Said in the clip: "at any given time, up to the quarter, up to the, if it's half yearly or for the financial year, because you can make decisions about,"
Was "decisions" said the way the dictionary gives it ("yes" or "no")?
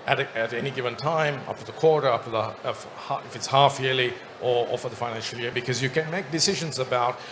yes